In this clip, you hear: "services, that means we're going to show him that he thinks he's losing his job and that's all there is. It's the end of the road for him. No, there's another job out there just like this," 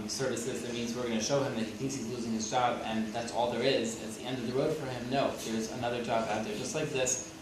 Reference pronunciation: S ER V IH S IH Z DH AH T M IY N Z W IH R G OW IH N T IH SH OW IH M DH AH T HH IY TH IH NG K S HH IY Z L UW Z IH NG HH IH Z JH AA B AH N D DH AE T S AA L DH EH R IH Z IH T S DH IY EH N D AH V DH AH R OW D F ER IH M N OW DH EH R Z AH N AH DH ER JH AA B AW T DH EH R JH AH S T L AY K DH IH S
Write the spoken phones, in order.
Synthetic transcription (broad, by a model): S ER V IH S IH Z DH AH T M IY N Z W IH R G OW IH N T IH SH OW IH M DH AH T HH IY TH IH NG K S HH IY Z L UW Z IH NG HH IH Z JH AA B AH N DH AE T S AA L DH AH R IH Z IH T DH IY EH N D AH V DH AH R OW D F ER IH M N OW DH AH R Z AH N AH DH ER JH AA B AW T DH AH R JH AH S T L AY K DH IH S